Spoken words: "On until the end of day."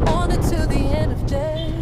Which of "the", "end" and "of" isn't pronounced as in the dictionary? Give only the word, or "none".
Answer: none